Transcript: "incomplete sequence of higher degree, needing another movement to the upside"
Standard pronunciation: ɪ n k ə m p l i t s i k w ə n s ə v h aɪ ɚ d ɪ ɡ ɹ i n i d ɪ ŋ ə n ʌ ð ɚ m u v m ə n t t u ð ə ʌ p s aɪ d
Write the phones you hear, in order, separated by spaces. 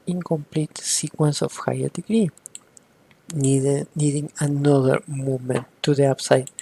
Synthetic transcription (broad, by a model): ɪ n k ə m p l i t s i k w ə n s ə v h aɪ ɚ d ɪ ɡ ɹ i n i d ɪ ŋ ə n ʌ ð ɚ m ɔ m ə n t t u ð ə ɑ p s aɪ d